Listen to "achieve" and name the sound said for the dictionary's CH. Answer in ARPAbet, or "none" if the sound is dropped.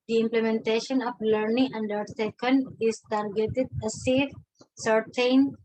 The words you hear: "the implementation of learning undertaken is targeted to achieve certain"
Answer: S